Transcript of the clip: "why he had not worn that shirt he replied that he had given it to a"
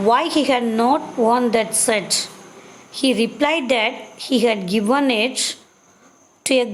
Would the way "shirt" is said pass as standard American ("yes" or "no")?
no